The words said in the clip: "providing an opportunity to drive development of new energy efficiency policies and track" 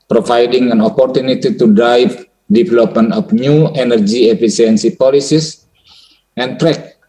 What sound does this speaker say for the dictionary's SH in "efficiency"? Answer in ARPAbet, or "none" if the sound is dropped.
S